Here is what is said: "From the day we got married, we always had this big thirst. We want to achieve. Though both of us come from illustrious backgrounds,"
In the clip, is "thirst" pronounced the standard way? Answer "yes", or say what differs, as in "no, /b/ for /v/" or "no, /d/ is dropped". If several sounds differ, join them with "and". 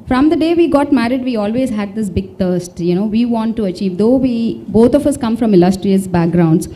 no, /t/ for /θ/